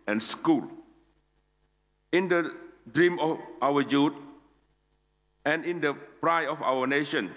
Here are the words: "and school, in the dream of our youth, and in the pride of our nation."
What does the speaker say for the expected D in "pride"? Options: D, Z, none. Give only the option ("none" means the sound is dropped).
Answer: none